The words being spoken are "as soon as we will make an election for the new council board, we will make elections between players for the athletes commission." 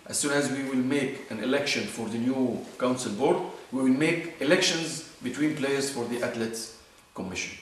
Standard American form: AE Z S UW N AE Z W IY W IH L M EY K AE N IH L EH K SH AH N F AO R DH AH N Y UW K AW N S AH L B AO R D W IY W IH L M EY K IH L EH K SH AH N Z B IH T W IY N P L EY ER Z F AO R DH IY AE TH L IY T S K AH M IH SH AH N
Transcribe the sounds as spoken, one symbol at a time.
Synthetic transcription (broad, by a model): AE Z S UW N AE Z W IY W IH L M EY K AE N IH L EH K SH AH N F AO R DH AH N Y UW K AW N S AH L B AO R D W IY W IH L M EY K IH L EH K SH AH N Z B IH T W IY N P L EY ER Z F AO R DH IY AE T L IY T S K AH M IH SH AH N